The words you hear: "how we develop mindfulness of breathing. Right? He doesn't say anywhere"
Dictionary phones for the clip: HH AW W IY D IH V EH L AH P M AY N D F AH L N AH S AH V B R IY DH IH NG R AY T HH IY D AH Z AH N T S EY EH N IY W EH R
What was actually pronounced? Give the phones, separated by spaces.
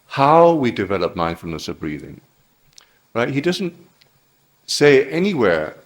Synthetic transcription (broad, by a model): HH AW W IY D IH V EH L AH P M AY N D F L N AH S AH V B R IY DH IH NG R AY T HH IY D AH Z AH N T S EY EH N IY W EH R